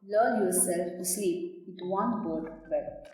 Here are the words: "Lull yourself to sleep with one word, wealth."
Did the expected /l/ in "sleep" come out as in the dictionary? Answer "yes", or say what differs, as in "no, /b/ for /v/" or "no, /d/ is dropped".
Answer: no, /l/ is dropped